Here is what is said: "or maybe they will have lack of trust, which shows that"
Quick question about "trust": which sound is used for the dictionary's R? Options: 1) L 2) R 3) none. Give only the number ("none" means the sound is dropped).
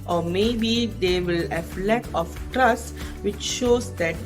2